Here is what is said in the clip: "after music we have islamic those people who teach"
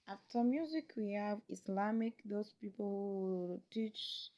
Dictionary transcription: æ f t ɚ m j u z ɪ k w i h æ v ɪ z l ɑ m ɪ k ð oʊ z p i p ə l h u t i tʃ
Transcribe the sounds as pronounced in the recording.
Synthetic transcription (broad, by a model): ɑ f t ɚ m j u z ɪ k w i h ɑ v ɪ s l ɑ m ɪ k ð oʊ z p i p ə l h u t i tʃ